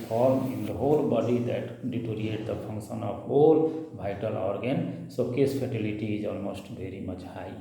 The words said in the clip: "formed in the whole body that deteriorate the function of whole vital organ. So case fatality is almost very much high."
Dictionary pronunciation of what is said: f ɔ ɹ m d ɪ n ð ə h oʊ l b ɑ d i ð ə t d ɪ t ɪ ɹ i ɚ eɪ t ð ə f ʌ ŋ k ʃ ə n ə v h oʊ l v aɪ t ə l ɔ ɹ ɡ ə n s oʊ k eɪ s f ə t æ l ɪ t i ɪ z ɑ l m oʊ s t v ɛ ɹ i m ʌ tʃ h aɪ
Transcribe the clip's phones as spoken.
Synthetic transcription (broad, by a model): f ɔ ɹ m ɪ n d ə h oʊ l b ɑ d i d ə t d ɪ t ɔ ɹ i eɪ t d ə p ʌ ŋ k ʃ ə n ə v h oʊ l b aɪ t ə l ɔ ɹ ɡ ə n s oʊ k eɪ s p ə t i l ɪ t i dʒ ɑ l m oʊ s t b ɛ ɹ i m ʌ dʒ aɪ